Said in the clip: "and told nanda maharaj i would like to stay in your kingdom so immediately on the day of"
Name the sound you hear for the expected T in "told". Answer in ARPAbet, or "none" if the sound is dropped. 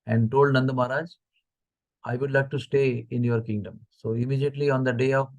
T